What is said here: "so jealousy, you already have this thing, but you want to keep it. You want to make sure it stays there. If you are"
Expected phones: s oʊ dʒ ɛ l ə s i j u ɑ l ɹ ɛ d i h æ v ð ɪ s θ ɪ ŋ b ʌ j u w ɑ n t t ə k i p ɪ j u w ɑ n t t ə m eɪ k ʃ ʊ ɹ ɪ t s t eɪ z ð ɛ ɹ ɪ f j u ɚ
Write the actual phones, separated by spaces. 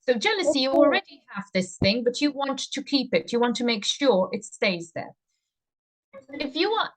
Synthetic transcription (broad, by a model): s oʊ dʒ ɛ l ə s i j ɑ l ɹ ɛ d i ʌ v ð ɪ s θ ɪ ŋ b ʌ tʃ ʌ w ɑ n t t ə k i p ɪ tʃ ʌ w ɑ n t t ə m eɪ k ʃ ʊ ɹ ɪ t s t eɪ z ð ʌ ɹ ɪ f j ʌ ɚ